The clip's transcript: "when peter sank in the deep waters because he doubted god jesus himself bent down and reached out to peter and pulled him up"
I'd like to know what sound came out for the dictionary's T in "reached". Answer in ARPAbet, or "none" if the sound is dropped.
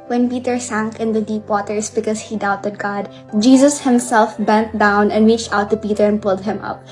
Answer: T